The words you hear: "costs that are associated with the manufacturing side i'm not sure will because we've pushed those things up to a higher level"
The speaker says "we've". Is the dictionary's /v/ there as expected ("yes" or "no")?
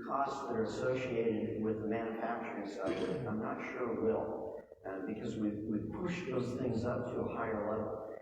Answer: no